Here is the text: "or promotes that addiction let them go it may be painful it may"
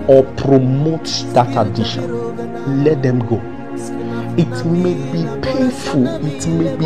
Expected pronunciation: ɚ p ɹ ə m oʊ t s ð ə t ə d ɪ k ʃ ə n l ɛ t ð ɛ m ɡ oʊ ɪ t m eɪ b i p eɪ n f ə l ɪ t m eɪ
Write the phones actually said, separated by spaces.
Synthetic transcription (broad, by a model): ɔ p ɹ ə m oʊ t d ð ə t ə d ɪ ʃ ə n l ɛ t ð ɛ m ɡ oʊ ɪ t m eɪ b i p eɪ f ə l ɪ t m eɪ